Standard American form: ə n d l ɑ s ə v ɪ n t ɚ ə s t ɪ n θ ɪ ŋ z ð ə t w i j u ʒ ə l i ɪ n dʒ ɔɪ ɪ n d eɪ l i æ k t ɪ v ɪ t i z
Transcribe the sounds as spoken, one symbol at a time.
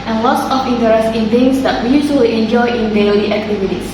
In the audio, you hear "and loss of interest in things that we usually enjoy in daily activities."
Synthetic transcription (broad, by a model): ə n l ɑ s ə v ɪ n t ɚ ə s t ɪ n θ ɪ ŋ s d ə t w i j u s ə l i ɪ n dʒ ɔɪ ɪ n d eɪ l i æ k t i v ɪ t i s